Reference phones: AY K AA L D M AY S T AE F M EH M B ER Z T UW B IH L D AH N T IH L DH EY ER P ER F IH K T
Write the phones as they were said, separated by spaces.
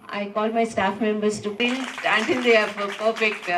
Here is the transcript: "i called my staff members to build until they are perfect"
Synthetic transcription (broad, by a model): AY K AA L D M AY S T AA F M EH M B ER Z T UW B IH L AH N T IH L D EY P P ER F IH K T